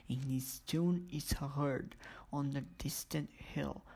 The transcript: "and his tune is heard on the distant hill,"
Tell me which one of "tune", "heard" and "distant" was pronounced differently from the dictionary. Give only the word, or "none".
none